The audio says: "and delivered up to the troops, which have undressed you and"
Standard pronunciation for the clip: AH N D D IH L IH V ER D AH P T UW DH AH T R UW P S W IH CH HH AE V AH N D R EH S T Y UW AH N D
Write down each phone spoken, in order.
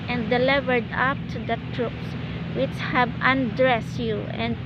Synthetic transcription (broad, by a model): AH N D D IH L IH V ER D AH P T UW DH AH T R UW P S W IH CH HH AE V AH N D R EH S T Y UW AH N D